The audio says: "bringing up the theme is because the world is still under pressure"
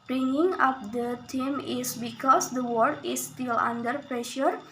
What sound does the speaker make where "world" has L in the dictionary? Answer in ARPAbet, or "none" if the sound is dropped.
none